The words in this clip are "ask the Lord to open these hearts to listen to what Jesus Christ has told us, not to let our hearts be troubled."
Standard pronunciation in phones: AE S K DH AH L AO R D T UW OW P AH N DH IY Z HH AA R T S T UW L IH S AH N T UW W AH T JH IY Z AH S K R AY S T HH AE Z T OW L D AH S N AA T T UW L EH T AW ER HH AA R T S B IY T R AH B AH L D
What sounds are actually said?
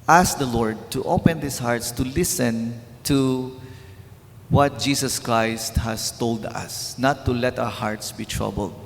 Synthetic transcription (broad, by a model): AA S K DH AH L AO R D T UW OW P AH N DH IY S HH AA R T S T UW L IH S AH N T UW W AH T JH IY S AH S K R AY S T HH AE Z T OW L D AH S N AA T T UW L EH T AW ER HH AA R T S B IY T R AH B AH L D